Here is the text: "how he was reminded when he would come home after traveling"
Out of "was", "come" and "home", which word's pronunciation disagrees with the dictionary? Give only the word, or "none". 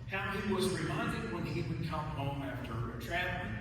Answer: none